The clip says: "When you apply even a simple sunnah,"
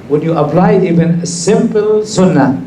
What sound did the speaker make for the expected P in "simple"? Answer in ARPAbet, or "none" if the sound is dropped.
P